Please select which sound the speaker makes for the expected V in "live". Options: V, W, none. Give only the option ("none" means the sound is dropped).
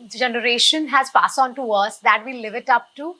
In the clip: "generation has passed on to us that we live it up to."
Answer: V